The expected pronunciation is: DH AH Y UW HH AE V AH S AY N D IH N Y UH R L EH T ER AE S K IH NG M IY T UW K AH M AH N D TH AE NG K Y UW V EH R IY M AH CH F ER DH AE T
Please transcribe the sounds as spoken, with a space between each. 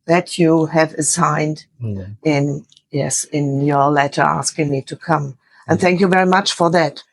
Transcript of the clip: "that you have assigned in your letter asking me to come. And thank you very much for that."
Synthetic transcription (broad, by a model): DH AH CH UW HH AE V AH S AY N D IH N Y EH R L EH T ER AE S K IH NG M IY T UW K AH M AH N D TH AE NG K Y UW V EH R IY M AH CH F ER DH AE T